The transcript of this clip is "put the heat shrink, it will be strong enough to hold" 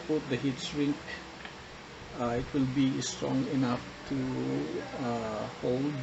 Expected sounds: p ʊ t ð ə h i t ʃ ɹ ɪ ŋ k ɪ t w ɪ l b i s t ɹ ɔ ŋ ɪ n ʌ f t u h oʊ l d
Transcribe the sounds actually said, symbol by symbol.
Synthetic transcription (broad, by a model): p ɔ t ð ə h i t s ɹ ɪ ŋ k ɪ t w ɪ l b i s t ɹ ɔ ŋ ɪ n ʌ f t u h oʊ l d